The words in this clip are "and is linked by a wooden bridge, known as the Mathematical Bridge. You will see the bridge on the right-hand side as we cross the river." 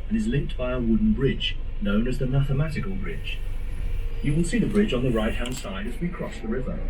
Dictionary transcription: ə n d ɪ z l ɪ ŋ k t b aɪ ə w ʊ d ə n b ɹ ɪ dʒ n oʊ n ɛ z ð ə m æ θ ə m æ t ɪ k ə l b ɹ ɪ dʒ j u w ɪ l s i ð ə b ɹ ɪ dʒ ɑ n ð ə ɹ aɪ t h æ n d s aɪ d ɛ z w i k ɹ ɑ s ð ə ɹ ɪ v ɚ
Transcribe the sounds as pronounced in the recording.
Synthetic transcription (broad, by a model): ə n ɪ z l ɪ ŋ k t b aɪ ə w ʊ d n b ɹ ɪ dʒ n oʊ n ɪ z ð ə m æ θ ə m æ t ɪ k ə l b ɹ ɪ dʒ j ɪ w ɪ l s i ð ə b ɹ ɪ dʒ n ð ə ɹ aɪ t h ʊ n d s aɪ d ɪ z w i k ɹ ɑ s ð ə ɹ ɪ v ɚ